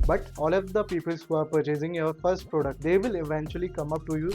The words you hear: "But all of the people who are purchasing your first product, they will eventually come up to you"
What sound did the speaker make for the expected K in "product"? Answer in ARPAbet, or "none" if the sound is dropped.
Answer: K